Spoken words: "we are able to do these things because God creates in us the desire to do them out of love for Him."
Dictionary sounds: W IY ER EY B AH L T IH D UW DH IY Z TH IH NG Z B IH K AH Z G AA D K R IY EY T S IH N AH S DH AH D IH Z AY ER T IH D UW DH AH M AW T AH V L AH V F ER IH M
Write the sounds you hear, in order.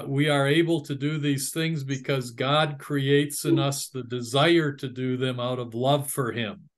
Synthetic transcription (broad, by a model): W IY ER EY B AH L T IH D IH DH IY Z TH IH NG Z B IH K AH Z G AA D K R IY EY T S IH N AH S DH AH D IH Z AY ER T IH D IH DH AH M AW T AH V L AH V F ER IH M